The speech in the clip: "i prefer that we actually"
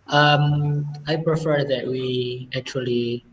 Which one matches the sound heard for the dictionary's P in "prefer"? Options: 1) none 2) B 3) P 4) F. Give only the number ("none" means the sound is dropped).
3